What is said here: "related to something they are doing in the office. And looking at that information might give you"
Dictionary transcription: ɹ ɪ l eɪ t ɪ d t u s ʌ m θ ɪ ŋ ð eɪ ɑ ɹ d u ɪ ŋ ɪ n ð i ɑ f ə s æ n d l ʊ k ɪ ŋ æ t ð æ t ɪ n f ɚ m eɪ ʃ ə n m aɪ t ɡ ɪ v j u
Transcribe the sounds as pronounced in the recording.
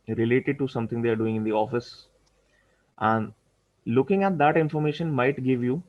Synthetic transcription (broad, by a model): ɹ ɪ l eɪ t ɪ d t u s ʌ m t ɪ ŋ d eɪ ɑ ɹ d u ɪ ŋ ɪ n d i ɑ f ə s æ n d l ʊ k ɪ ŋ æ t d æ t ɪ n f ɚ m eɪ ʃ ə n m aɪ t ɡ ɪ v j u